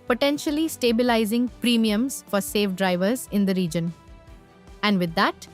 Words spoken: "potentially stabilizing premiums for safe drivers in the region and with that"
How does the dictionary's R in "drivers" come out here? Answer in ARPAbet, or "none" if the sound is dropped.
R